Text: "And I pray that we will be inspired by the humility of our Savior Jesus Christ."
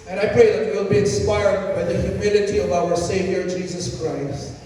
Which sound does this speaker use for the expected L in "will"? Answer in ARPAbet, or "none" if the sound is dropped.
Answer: L